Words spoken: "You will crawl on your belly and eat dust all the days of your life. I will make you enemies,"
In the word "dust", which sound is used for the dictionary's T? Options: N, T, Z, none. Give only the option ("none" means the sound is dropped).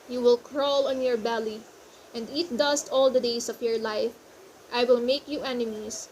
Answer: T